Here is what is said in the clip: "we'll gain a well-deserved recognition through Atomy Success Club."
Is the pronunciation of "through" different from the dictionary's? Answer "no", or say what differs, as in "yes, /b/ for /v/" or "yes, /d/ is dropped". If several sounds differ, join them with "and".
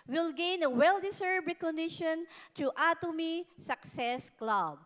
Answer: yes, /t/ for /θ/